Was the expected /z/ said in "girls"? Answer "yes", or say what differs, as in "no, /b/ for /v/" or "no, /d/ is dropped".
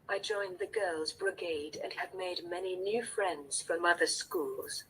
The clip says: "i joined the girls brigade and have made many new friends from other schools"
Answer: yes